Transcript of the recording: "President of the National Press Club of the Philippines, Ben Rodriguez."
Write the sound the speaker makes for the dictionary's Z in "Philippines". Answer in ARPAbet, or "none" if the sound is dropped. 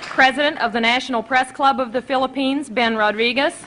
Z